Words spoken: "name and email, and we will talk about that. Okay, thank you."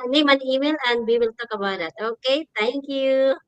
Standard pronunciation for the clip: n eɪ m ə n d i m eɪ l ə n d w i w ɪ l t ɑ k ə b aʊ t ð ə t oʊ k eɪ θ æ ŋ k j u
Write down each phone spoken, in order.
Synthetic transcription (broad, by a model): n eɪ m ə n i m eɪ l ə n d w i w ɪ l t ɑ k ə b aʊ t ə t oʊ k eɪ t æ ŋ k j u